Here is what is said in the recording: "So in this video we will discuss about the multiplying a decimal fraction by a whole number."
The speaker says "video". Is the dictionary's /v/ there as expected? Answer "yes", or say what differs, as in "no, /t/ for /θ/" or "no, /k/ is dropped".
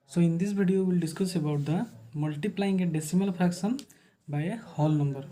no, /b/ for /v/